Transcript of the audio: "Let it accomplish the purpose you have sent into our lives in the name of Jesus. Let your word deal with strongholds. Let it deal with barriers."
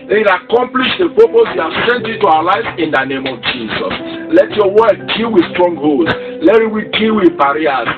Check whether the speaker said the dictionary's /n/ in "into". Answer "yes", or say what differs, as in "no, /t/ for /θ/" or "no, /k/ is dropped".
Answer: no, /n/ is dropped